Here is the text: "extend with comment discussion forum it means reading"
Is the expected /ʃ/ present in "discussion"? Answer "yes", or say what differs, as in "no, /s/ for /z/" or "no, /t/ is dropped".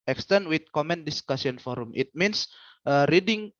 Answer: no, /s/ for /ʃ/